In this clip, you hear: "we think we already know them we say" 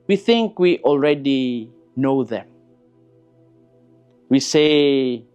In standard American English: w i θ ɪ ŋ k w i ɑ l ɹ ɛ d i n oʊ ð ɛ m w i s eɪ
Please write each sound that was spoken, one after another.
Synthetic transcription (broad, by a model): w i θ ɪ ŋ k w i ɑ l ɹ ɛ d i n oʊ ð ɛ m w i s eɪ